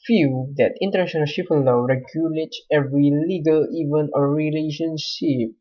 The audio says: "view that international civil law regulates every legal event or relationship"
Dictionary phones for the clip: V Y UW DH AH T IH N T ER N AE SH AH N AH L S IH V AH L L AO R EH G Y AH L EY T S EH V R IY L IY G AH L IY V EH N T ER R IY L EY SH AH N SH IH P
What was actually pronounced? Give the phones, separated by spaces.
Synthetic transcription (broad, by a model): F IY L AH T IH N T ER N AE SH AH N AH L SH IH P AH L L AO R EH G Y AH L EY T S EH V R IY L IY G AH L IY V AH N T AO R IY L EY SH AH N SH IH P